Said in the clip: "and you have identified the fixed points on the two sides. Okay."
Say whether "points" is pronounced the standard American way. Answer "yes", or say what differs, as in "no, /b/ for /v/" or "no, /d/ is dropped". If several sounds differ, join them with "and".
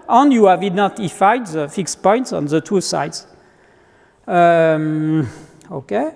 yes